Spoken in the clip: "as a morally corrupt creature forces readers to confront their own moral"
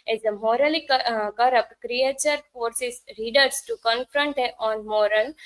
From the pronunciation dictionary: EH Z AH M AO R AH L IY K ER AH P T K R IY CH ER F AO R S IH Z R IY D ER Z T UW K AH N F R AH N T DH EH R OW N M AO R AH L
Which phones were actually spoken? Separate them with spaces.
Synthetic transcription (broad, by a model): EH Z AH M AO R AH L IY K ER AH P T K R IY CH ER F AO R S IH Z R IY D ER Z T UW K AH N F R AH N T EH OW N M AO R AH L